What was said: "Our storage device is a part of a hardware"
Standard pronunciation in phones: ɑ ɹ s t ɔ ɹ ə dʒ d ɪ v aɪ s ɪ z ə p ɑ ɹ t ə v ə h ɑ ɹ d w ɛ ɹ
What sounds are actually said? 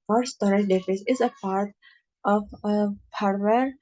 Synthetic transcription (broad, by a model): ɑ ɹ s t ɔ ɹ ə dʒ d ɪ f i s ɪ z ə p ɑ ɹ t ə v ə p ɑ ɹ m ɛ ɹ